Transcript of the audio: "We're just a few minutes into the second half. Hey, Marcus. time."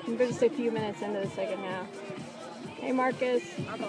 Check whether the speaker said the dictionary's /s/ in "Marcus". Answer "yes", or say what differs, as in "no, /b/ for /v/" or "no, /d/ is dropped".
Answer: yes